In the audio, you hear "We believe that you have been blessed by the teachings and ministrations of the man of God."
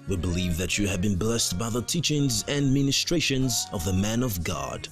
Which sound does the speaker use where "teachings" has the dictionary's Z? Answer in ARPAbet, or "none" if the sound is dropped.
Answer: Z